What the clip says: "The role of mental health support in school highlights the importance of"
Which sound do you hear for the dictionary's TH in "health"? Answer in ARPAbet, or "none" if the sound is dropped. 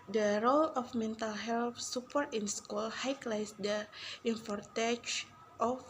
F